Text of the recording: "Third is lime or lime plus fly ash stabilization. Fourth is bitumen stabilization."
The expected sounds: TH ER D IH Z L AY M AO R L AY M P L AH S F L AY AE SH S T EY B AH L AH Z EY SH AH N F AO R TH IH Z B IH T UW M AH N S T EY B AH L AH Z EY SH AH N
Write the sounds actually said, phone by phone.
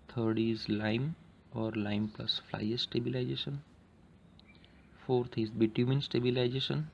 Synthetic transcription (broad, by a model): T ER D IH Z L AY M AO R L AY M P L AH S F L AY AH S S T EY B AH L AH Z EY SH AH N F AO R T IH Z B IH T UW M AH N S T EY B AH L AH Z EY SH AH N